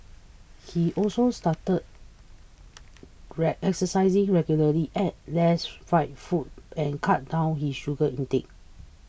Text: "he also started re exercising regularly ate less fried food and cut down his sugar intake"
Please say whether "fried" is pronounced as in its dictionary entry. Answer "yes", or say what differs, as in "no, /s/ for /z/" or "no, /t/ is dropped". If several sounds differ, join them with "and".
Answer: no, /ɹ/ is dropped